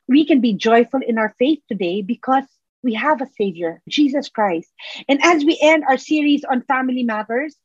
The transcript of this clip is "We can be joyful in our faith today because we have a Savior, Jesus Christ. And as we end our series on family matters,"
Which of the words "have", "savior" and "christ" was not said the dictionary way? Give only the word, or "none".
none